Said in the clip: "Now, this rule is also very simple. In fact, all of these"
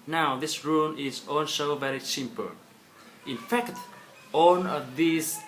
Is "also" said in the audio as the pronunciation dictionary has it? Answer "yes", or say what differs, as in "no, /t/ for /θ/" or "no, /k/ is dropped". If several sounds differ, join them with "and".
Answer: no, /n/ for /l/